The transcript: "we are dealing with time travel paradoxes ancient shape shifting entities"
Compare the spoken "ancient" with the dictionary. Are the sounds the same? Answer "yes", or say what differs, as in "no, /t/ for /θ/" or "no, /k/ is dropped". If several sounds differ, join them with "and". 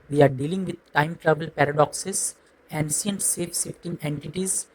no, /s/ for /ʃ/